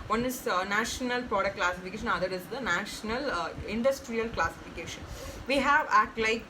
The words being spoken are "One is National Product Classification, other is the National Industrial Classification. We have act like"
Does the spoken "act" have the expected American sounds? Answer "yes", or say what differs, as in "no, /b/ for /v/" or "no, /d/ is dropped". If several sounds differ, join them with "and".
no, /k/ is dropped